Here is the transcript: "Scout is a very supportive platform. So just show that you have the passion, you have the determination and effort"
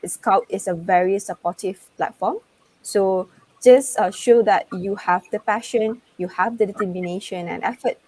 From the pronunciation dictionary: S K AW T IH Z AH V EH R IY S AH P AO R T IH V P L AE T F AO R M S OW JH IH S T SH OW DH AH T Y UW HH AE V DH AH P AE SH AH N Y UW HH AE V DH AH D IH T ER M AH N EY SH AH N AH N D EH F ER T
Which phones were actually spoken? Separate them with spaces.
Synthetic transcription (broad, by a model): S K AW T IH S AH V EH R IY S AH P AO T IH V P L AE T F AO M S OW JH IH S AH SH OW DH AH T Y UW HH AE V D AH P AE SH AH N Y UW HH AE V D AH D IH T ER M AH N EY SH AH N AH N EH F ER T